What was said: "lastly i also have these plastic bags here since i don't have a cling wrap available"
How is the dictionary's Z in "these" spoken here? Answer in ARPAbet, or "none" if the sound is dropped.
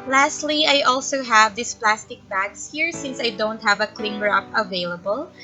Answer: S